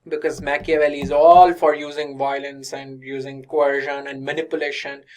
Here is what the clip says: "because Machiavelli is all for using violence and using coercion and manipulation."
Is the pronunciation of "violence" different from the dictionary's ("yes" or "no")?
no